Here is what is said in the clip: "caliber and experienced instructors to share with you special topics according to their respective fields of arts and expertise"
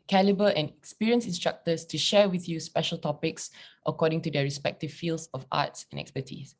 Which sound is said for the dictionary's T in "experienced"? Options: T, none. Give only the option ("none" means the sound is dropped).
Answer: none